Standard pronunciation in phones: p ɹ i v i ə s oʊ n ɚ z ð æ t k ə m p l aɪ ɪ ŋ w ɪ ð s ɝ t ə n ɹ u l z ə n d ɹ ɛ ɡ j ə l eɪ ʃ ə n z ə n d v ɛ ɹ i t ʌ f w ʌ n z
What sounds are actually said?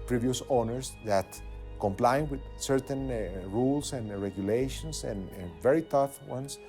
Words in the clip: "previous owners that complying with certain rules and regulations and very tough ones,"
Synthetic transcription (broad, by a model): p ɹ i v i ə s oʊ n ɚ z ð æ t k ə m p l aɪ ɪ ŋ w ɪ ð s ɝ t ə n ɹ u l s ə n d ɹ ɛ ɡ j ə l eɪ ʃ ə n s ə n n v ɛ ɹ i t ʌ f w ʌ n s